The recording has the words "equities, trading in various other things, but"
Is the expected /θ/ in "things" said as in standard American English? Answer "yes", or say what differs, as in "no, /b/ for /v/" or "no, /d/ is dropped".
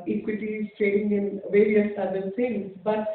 no, /s/ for /θ/